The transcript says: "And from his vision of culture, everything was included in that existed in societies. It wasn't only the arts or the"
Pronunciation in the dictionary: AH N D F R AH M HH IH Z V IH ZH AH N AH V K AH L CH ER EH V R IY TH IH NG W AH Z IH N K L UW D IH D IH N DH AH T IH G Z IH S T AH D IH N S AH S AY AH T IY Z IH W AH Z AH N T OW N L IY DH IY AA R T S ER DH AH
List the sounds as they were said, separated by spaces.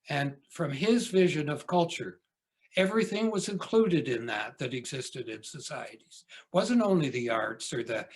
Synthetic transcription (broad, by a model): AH N F R AH M IH Z V IH ZH AH N AH V K AH L CH ER EH V R IY TH IH NG W AH Z IH N K L UW D IH D IH N DH AH T IH G Z IH S T AH D IH N S AH S AY AH T IY Z W AH Z AH N T OW N L IY DH IY AA R T S ER DH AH